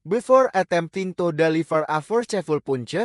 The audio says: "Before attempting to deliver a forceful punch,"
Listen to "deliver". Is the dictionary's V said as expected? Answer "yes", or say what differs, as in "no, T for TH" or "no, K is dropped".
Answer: no, F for V